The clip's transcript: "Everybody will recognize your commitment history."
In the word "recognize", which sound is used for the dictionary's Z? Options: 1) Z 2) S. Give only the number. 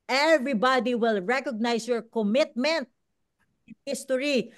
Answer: 2